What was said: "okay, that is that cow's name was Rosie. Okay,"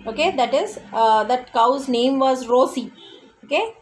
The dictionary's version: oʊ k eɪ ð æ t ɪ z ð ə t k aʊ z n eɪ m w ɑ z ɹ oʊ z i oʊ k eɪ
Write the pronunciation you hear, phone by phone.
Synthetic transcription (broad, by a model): oʊ k eɪ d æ t ɪ z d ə t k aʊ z n eɪ m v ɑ z ɹ oʊ s i oʊ k eɪ